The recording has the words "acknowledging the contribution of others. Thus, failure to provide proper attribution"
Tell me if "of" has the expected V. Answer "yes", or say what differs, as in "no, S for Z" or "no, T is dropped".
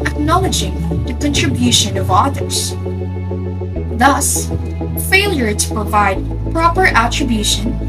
yes